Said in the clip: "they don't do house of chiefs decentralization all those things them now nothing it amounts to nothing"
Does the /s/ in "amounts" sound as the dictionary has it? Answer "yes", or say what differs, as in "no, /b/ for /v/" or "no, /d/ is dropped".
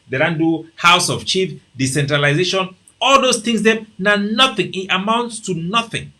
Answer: yes